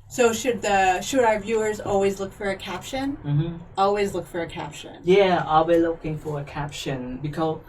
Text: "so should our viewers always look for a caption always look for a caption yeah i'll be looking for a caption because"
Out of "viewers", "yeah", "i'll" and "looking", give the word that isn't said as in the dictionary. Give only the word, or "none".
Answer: none